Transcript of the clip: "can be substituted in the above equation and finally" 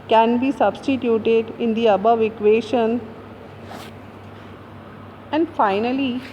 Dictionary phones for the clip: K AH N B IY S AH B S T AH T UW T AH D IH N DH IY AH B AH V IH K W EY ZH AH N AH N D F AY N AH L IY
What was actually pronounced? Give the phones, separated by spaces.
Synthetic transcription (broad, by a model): K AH N B IY S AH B S T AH T UW T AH D IH N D IY AH B AH V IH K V EY SH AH N AH N D F AY N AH L IY